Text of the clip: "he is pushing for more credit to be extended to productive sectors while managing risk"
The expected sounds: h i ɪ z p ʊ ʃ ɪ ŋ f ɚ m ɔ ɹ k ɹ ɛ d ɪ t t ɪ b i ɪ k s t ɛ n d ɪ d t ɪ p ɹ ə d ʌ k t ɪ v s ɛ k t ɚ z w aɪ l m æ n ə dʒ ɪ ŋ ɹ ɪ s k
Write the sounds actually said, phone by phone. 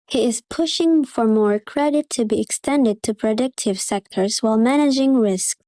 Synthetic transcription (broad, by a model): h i ɪ z p ʊ ʃ ɪ ŋ f ɚ m ɔ ɹ k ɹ ɛ d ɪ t t ɪ b i ɪ k s t ɛ n d ɪ d t ɪ p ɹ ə d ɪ k t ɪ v s ɛ k t ɚ z w aɪ l m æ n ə dʒ ɪ ŋ ɹ ɪ s k